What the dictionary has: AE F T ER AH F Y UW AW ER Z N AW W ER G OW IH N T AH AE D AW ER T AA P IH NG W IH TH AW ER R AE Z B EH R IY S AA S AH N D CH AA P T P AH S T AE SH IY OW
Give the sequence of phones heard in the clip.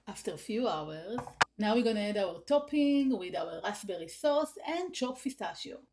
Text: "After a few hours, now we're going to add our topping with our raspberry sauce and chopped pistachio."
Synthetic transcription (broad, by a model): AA F T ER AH F Y UW AW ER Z N AW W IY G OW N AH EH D AW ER T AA P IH NG W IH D AW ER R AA S B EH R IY S AA S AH N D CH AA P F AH S T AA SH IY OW